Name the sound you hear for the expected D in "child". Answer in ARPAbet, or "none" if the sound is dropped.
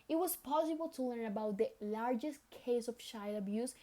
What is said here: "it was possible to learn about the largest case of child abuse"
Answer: none